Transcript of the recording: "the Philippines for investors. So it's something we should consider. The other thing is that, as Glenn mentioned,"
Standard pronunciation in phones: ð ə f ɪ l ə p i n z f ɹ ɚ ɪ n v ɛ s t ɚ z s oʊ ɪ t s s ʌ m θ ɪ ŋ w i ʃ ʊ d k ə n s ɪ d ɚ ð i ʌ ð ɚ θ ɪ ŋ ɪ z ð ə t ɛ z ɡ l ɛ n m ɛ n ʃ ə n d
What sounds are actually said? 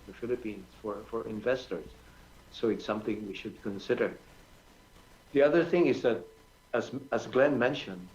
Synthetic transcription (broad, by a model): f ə f ɪ l ə p i n z f ɹ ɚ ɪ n v ɛ s t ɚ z s oʊ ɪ t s s ʌ m θ ɪ ŋ w i ʃ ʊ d k ə n s ɪ d ɚ ð i ʌ ð ɚ θ ɪ ŋ ɪ z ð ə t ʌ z ɡ l ɛ n m ɛ n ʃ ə n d